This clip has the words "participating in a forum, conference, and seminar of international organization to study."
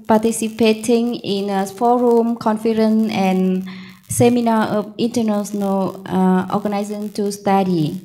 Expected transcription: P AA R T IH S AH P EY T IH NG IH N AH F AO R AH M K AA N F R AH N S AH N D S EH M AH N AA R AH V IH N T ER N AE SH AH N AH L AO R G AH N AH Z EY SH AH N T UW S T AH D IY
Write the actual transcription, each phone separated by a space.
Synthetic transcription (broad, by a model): P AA T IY S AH P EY T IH NG IH N AH F AO R AH M K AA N F R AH N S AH N S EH M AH N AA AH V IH N T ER N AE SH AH N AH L AO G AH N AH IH S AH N T UW S T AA D IY